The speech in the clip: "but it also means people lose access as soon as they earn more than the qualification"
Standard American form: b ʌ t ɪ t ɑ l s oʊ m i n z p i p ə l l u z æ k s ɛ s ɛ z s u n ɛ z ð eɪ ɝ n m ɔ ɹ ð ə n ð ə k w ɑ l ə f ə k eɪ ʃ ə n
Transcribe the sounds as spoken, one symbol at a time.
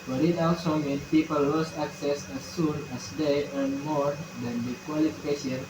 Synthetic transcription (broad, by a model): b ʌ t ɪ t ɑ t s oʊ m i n p i p ə l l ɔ s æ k s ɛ s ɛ s u n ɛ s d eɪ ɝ n m ɔ ɹ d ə n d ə k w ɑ l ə f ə k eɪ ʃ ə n